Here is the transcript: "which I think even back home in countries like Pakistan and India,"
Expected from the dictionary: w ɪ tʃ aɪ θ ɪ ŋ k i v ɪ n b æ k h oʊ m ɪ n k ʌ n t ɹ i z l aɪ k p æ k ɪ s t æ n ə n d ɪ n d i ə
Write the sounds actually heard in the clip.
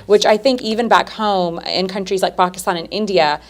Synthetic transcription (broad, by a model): w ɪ tʃ aɪ θ ɪ ŋ k i v ɪ n b æ k h oʊ m ɪ n k ʌ n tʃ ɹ i z l aɪ k p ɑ k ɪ s t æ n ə n ɪ n d i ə